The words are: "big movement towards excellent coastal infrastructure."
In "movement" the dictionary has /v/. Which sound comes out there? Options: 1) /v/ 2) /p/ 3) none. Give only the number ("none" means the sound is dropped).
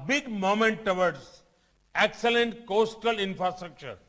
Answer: 3